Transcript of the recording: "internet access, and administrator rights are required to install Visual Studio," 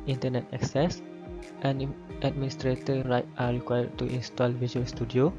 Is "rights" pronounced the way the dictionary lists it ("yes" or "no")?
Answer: no